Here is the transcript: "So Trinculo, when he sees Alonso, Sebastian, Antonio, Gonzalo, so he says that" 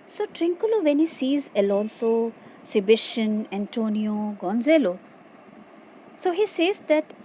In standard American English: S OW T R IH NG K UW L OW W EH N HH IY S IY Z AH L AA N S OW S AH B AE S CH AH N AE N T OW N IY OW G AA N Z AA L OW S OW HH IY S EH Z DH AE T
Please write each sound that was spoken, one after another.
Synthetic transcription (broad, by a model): S OW T R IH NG K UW L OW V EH N HH IY S IY Z AH L AA N S OW S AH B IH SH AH N AE N T OW N IY OW G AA N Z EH L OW S OW HH IY S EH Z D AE T